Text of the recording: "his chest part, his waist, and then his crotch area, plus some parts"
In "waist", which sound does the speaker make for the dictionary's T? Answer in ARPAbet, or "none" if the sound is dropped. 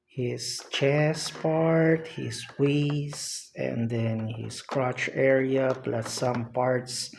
none